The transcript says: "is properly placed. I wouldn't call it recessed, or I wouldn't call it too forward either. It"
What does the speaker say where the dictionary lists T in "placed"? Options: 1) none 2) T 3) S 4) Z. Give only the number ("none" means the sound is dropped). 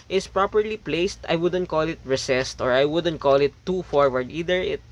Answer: 2